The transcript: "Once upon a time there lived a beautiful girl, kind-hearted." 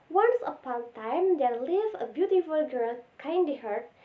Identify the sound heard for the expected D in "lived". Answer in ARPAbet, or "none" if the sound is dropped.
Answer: none